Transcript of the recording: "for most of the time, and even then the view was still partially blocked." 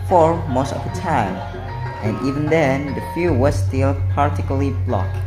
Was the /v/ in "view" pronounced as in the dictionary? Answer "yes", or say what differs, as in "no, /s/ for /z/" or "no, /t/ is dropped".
no, /f/ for /v/